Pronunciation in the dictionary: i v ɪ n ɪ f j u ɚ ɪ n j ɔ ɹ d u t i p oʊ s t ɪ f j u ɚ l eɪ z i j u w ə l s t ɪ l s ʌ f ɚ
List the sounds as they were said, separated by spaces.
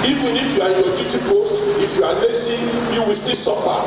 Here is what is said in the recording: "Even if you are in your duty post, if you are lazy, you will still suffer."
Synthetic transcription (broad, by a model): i v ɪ n ɪ f j u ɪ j ɔ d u t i p oʊ s t ɪ f j u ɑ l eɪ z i j u w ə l s t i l s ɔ f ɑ